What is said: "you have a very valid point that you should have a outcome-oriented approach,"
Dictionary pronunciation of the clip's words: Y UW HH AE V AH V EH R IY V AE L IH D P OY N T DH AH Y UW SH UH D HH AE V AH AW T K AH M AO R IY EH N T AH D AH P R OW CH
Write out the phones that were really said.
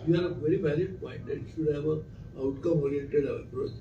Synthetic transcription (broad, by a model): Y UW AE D AH V EH R IY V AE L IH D P OY N T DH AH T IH SH UH D HH AE V AH AW T K AH M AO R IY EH T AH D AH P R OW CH